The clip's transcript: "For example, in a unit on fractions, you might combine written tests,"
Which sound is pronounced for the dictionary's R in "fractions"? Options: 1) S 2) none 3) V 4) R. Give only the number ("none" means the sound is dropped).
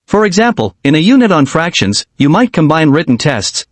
4